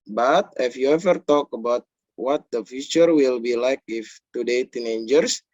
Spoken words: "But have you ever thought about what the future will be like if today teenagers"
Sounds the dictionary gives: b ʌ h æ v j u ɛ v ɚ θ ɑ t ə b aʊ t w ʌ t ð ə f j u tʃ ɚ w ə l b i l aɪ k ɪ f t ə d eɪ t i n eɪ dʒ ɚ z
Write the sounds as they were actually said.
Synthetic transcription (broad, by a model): b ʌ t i f j u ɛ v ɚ t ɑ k ə b aʊ t w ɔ t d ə f j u tʃ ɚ w ə l b i l aɪ k ɪ f t ə d eɪ t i n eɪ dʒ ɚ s